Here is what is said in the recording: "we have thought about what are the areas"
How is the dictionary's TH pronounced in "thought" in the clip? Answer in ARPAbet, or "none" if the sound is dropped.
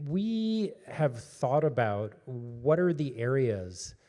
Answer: TH